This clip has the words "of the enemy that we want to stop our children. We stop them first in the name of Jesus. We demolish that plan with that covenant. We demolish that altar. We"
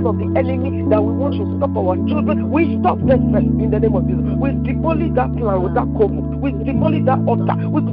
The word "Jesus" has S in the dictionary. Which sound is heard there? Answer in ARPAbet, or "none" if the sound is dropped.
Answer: none